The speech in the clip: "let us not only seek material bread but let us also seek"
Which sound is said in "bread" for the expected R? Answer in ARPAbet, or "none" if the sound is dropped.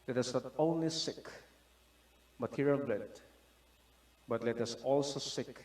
L